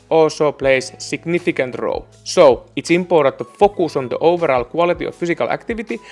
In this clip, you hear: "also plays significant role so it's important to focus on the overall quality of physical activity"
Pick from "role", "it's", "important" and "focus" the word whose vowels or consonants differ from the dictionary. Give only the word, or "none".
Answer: important